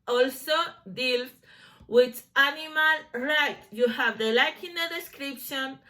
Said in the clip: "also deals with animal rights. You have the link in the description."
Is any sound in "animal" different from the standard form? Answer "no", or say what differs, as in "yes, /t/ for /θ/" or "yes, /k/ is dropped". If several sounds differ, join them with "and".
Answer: no